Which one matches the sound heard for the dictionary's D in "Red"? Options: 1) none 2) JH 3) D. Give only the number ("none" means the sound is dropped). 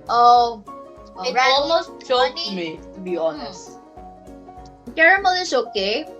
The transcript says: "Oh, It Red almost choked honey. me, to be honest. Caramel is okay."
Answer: 1